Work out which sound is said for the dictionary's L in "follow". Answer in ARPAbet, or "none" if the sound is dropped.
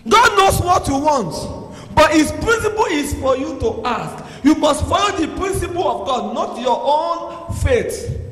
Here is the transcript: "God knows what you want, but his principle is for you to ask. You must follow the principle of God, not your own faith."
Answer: N